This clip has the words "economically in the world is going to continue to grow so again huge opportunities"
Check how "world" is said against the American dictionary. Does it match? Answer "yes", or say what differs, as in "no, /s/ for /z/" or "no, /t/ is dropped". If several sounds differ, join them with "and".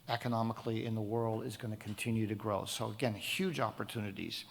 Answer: yes